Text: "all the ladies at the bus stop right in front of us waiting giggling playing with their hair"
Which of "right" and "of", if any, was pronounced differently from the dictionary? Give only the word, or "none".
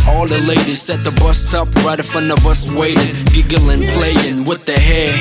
of